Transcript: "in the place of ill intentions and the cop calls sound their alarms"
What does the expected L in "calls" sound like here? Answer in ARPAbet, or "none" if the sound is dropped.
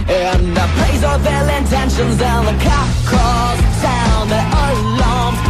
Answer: none